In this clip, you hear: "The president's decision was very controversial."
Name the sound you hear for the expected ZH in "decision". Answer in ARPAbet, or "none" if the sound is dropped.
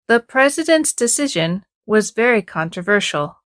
ZH